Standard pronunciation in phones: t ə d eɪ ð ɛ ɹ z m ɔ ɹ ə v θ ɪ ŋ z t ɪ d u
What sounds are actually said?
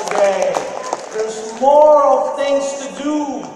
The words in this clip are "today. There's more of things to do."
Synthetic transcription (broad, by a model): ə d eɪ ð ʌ ɹ z m ɔ ɹ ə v θ ɪ ŋ z t ɪ d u